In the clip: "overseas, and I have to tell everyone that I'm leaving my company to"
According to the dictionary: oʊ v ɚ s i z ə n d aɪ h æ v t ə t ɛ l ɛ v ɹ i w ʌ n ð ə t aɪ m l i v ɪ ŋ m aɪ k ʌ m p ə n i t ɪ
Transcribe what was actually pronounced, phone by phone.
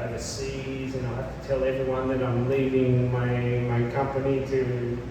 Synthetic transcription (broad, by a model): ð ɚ s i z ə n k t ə t ɛ l ɛ v ɹ i w ʌ n ð ə t aɪ m l i v ɪ ŋ m aɪ k ʌ m p ə n i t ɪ